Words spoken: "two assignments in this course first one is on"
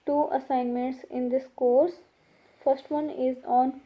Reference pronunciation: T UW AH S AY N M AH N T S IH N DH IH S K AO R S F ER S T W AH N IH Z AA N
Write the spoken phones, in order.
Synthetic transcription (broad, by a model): T UW AH S AY N M AH N T S IH N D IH S K AO R S F ER S T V AH N IH Z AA N